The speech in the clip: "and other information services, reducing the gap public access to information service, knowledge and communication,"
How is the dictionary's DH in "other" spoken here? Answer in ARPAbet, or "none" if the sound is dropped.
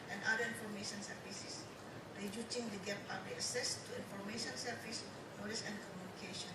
none